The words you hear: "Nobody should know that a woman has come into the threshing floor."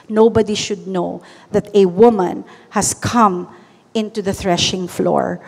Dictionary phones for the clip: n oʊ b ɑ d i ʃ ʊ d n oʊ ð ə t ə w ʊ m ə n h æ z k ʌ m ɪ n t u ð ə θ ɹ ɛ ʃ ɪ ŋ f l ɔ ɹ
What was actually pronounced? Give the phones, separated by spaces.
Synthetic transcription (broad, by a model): n oʊ b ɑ d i ʃ ʊ d n oʊ ð ə t ə w ʊ m ə n h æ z k ʌ m ɪ n t u ð ə θ ɹ ɛ ʃ ɪ ŋ f l ɔ ɹ